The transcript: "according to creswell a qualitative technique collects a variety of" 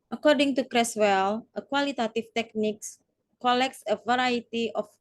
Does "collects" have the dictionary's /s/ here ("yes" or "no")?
yes